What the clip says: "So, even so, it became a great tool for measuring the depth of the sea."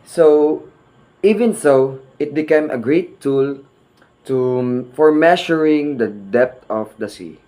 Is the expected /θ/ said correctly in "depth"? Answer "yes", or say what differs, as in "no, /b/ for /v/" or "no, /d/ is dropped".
no, /t/ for /θ/